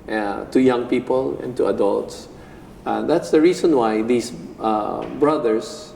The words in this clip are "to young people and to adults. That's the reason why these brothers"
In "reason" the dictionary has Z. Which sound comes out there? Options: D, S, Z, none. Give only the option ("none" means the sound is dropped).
S